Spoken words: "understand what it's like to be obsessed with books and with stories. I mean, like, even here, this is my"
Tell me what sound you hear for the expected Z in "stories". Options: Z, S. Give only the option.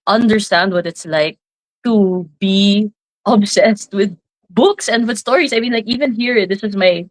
S